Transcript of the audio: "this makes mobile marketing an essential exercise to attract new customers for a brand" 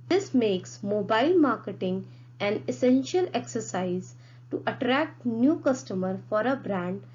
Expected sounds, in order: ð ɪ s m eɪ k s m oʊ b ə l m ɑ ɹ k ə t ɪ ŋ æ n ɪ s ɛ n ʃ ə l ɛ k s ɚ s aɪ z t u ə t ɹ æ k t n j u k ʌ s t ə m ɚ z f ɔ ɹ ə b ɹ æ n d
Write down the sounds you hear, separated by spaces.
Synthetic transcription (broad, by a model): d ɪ s m eɪ k s m oʊ b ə l m ɑ ɹ k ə t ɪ ŋ æ n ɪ s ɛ n ʃ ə l ɛ k s ɚ s aɪ z t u ə t ɹ æ k t n j u k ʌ s t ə m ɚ f ɔ ɹ ə b ɹ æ n d